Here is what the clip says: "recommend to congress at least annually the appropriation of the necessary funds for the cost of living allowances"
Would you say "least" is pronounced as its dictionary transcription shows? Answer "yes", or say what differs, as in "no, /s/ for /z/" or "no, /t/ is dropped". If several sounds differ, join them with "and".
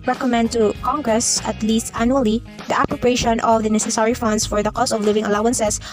yes